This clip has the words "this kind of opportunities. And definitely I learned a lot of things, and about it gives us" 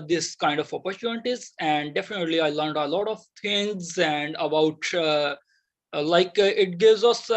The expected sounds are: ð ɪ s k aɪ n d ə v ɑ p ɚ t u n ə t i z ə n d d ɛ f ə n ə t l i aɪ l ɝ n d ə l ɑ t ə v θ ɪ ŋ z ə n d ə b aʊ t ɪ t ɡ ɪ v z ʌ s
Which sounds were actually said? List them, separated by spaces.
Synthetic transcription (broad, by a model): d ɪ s k aɪ n d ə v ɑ p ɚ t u n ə t i z ə n d d ɛ f ə n ə t l i aɪ l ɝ n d ə l ɑ t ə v t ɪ ŋ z ə n d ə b aʊ t ɪ t ɡ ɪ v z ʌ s